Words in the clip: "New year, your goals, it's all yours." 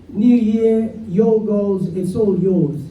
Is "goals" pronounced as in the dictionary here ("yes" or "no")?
yes